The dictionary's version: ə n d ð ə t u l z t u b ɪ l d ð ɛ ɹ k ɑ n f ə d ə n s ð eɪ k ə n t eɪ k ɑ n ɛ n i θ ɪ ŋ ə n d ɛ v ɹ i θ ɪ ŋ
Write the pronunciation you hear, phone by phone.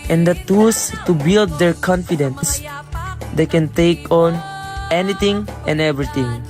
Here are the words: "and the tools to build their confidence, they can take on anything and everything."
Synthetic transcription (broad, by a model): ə n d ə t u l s t u b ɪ l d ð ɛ ɹ k ɑ n f ə d ə n s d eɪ k ə n t eɪ k ɑ n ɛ n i t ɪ ŋ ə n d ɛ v ɹ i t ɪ ŋ